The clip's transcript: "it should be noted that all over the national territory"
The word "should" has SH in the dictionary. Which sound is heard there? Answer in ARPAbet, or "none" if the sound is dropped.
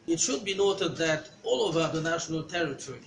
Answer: SH